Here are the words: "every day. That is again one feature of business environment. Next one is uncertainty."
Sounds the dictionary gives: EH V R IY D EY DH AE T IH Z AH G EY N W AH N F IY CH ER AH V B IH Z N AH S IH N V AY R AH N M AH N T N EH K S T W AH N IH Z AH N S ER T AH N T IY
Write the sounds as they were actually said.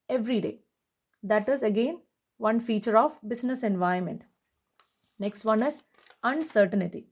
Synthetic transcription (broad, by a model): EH V R IY D EY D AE T IH Z AH G EY N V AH N F IY CH ER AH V B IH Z N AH S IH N V AY AH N M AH N T N EH K S T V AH N IH Z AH N S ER T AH N T IY